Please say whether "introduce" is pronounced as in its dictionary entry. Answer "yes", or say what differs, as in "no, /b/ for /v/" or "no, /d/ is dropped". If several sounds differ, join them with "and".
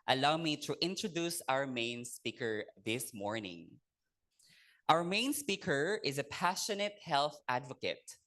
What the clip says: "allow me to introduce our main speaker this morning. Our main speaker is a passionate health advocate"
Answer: yes